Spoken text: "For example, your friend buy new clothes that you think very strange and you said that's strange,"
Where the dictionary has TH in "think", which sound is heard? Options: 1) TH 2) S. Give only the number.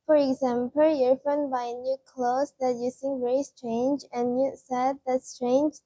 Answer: 2